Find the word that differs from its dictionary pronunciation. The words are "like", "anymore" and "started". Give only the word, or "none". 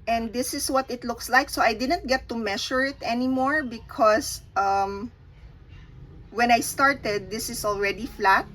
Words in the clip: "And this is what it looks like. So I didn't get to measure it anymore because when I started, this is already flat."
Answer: none